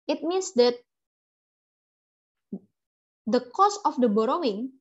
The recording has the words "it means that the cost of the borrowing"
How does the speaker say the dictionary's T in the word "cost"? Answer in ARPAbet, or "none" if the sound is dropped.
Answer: none